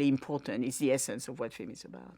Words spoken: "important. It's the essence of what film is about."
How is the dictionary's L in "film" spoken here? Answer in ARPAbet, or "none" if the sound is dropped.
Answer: none